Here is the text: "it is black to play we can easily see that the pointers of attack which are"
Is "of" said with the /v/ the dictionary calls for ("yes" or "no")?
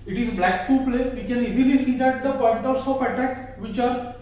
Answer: no